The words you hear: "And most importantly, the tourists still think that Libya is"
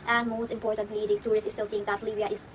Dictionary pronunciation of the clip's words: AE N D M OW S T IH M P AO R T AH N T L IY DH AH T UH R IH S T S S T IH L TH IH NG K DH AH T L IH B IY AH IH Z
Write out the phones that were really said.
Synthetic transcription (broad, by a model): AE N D M OW S T IH M P AO R T AH N T L IY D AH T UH R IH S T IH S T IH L T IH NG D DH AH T L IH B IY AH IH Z